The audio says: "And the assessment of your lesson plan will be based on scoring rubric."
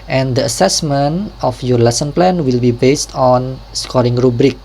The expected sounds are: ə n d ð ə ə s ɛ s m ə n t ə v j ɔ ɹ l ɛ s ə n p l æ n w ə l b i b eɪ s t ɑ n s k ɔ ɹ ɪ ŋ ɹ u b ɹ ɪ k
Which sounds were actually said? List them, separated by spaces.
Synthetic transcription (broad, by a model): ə n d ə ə s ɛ s m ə n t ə f j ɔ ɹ l ɛ s ə n p l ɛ n w ə l b i b eɪ s t ɑ n s k ɔ ɹ ɪ ŋ ɹ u b ɹ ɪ k